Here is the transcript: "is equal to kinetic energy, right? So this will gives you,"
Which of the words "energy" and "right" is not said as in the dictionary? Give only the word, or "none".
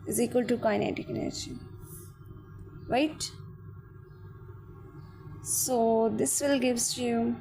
energy